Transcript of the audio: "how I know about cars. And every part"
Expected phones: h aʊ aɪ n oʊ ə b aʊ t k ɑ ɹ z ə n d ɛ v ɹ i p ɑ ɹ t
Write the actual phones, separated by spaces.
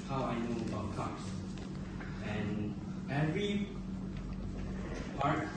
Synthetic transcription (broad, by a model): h aʊ aɪ n oʊ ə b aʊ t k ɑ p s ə n ɛ v ɹ i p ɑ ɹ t